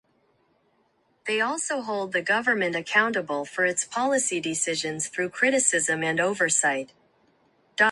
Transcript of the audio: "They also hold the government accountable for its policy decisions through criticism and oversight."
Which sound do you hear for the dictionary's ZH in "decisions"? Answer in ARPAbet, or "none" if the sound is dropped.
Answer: ZH